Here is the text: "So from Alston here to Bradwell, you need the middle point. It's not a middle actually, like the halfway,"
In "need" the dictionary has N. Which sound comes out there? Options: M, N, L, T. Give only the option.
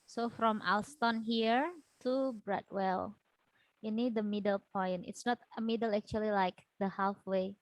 N